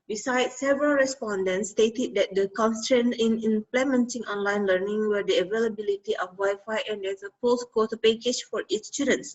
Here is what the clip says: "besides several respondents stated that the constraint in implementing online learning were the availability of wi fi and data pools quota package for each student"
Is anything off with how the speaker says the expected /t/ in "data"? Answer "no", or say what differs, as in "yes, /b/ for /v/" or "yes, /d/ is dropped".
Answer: yes, /s/ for /t/